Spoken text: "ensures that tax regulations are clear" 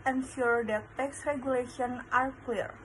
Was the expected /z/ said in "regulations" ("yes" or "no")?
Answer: no